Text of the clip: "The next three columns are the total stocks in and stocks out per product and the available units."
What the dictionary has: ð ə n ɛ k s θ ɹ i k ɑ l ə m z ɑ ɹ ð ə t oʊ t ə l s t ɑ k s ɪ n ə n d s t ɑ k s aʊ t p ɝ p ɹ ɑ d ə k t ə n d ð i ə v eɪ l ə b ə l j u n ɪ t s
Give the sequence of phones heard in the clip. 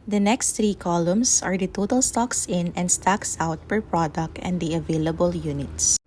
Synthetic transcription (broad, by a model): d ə n ɛ k s t ɹ i k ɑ l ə m s ɑ ɹ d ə t oʊ t ə l s t ɑ k s ɪ n ə n d s t ɑ k s aʊ t p ɝ p ɹ ɑ d ə k t ə n d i ə v eɪ l ə b ə l j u n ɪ t s